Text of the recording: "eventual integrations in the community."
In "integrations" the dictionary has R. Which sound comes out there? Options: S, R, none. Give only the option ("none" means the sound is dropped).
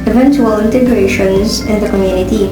R